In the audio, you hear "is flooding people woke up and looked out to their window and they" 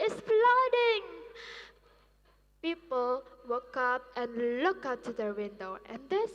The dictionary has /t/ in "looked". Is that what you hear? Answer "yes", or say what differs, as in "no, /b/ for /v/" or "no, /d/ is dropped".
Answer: no, /t/ is dropped